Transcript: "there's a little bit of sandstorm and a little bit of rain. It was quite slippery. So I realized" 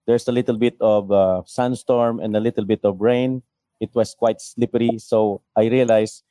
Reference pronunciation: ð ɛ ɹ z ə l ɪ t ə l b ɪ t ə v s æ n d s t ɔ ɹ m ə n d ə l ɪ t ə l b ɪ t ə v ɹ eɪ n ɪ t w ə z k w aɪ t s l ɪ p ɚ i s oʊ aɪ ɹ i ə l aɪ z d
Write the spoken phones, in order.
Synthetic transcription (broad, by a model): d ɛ ɹ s ə l ɪ t ə l b ɪ t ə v s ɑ n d s t ɔ ɹ m ə n d ə l ɪ t ə l b ɪ t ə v ɹ eɪ n ɪ t w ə s k w aɪ t s l ɪ p ɚ i s oʊ aɪ ɹ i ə l aɪ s